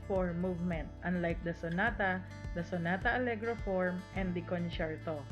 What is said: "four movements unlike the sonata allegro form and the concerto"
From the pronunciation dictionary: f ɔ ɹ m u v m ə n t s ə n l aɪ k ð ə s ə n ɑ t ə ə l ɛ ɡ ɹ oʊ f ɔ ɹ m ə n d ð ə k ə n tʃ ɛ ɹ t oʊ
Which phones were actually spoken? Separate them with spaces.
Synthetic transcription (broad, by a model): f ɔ ɹ m u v m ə n t ə n l aɪ k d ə s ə n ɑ t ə ə l ɛ ɡ ɹ oʊ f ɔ ɹ m ə n d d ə k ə n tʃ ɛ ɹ t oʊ